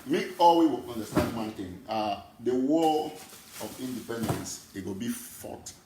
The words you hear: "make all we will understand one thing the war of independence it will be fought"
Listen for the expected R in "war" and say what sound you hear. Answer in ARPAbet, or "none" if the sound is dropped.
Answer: L